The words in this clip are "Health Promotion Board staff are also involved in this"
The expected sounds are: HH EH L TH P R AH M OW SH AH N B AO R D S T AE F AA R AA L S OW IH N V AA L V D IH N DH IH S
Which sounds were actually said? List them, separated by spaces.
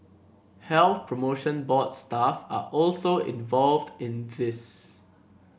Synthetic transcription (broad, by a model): HH EH L TH P R AH M OW SH AH N B AO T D S T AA F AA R AA L S OW IH N V AA L V D IH N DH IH S